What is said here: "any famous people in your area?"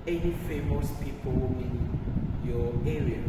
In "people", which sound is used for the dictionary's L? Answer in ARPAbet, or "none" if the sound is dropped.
W